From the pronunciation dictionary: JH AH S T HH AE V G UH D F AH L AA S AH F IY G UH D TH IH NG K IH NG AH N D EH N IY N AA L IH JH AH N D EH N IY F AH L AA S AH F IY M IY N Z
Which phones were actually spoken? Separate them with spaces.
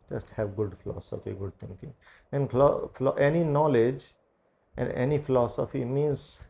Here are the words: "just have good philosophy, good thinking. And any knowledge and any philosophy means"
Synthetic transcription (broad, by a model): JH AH S T HH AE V G UH D F AH L AA S AH F IY G UH D T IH NG K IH NG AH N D EH N IY N AA L IH JH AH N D EH N IY F AH L AA S AH F IY M IY N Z